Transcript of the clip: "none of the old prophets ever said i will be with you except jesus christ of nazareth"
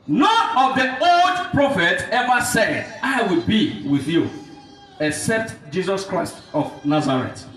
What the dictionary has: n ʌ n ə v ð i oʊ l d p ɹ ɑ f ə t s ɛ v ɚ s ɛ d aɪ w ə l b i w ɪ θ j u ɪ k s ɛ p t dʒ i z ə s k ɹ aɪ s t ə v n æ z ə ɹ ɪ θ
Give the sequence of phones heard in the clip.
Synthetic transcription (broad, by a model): n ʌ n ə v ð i oʊ l d p ɹ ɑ f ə t ɛ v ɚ s ɛ d aɪ w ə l b i w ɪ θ j u ɪ k s ɛ p t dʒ i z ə s k ɹ aɪ s t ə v n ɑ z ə ɹ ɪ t